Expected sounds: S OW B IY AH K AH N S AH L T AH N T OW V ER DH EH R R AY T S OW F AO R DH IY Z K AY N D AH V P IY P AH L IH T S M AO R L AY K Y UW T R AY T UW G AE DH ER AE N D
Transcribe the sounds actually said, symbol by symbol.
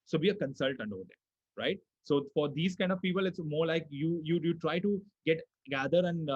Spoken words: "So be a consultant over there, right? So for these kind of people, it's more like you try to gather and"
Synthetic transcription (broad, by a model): S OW B IY AH K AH N S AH L T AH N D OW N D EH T R AY T S OW F AO R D IY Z K AY N D AH V P IY P AH L IH T S M AO R L AY K Y UW T R AY T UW G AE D ER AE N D